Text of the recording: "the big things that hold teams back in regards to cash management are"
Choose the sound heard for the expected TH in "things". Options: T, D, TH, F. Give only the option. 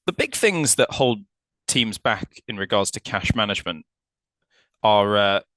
TH